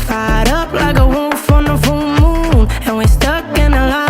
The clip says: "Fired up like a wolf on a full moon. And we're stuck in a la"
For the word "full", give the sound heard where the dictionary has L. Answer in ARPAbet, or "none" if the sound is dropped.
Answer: N